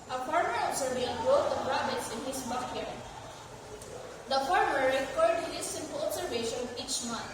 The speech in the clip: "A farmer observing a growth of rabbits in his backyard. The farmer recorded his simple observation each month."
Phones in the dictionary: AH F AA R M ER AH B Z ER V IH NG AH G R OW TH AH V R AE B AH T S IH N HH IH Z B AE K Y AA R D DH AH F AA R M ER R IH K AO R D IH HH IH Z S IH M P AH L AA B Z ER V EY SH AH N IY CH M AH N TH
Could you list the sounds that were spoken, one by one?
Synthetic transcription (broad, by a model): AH F AA R M ER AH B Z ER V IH AH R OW T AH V R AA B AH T S IH N HH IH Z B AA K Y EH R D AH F AA R M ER R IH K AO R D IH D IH S IH M P AH L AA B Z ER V EY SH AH N IY CH M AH N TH